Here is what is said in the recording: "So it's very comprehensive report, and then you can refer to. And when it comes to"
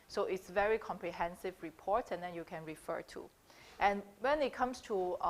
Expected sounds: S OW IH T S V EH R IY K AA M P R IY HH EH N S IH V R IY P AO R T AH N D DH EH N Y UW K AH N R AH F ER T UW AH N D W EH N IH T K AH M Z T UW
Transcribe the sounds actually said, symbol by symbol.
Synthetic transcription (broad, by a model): S OW IH T S V EH R IY K AA M P R IY HH EH N S IH V R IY P AO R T AH N D EH N Y UW K AH N R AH F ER T UW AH N W EH N IH T K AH M S T UW